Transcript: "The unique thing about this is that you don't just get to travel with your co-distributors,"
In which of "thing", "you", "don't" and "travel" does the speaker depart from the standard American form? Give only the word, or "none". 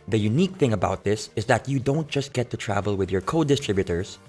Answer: none